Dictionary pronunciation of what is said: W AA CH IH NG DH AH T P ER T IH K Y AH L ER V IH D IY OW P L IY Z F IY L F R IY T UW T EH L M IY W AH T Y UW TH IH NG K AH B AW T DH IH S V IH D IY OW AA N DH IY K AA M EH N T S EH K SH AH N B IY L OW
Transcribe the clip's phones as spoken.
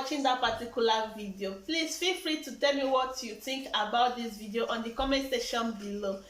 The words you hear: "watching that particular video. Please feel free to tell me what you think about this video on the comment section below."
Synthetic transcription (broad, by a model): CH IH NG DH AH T P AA T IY K Y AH L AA V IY D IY OW P L IY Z F IY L F R IY T UW T EH L M IY W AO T Y UW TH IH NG K AH B AW T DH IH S V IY D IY OW AA N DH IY K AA M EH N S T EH SH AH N B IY L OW